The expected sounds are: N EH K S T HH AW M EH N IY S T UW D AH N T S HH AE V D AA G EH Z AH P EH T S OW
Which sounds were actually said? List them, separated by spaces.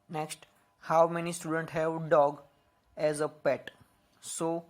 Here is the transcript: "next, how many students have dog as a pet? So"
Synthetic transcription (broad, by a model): N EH K S T HH AW M EH N IY S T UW D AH N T HH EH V D AA G EH Z AH P EH T S OW